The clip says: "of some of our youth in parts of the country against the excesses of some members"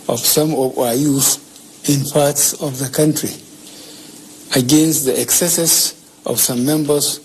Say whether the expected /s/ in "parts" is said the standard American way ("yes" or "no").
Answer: yes